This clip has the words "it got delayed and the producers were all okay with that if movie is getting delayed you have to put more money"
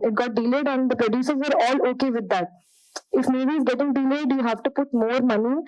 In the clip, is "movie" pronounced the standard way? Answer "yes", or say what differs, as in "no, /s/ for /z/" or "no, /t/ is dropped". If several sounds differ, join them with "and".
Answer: no, /b/ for /v/